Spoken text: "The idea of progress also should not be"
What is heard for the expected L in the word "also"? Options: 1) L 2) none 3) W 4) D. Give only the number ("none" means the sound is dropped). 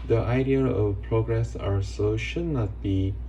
2